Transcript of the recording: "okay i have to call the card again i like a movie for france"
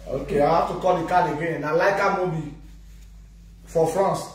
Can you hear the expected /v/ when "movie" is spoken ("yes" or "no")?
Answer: no